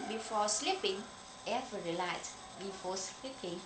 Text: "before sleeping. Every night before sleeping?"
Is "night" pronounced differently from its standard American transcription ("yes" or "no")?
yes